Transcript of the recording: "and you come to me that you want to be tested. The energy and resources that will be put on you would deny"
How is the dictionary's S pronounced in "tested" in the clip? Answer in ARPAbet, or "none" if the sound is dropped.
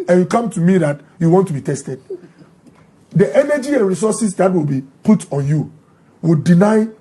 S